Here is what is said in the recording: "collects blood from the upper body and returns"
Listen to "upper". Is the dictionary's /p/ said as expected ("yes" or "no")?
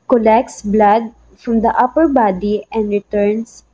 yes